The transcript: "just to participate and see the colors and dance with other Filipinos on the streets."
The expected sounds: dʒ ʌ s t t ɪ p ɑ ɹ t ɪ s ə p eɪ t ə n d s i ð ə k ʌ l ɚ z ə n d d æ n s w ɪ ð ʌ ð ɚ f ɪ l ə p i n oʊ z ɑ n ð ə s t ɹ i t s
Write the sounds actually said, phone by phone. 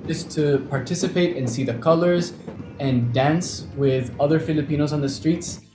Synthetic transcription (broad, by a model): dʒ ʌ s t t ɪ p ɑ ɹ t ɪ s ə p eɪ t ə n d s i ð ə k ʌ l ɚ z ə n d d æ n s w ɪ ð ʌ ð ɚ f ɪ l ə p i n oʊ z n ð ə s t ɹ i t s